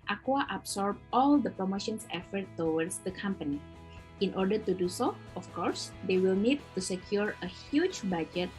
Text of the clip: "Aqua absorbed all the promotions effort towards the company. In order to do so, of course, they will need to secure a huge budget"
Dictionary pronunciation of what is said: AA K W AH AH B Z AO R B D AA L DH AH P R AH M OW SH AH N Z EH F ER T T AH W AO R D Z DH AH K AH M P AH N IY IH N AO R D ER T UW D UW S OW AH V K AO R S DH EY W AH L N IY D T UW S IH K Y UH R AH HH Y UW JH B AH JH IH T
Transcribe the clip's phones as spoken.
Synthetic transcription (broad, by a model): AA K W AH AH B S AO R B AA L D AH P R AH M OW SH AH N S EH F ER T T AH W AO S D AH K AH M P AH N IY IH N AO R D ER T UW D UW S OW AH F K AO R S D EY W AH L N IY D T UW S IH K Y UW R AH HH Y UW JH B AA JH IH T